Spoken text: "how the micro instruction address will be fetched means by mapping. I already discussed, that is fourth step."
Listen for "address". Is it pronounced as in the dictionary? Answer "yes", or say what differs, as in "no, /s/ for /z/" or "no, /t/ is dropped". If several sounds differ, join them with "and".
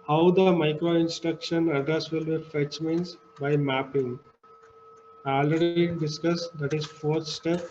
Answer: no, /ɹ/ is dropped